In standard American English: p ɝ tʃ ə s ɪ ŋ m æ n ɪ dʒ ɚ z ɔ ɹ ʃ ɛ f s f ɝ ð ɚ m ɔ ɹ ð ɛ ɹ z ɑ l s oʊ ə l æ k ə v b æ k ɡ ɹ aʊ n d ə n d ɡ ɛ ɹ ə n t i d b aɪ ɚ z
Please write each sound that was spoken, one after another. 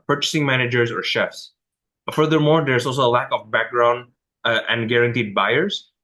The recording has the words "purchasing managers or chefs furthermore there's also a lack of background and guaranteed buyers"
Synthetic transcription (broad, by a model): p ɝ tʃ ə s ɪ ŋ m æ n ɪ dʒ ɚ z ɔ ɹ ʃ ɛ f s f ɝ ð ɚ m ɔ ɹ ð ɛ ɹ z ɑ l s oʊ ə l æ k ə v b æ k ɡ ɹ aʊ n d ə n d ɡ ɛ ɹ ə n t i d b aɪ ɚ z